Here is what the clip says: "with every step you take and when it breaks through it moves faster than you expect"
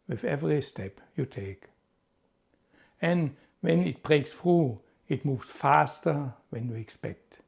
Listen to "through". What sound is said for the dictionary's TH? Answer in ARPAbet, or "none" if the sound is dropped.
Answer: F